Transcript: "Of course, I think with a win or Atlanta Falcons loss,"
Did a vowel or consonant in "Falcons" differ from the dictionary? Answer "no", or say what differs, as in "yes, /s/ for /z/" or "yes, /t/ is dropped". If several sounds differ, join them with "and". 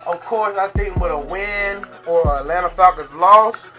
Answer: yes, /l/ is dropped and /n/ is dropped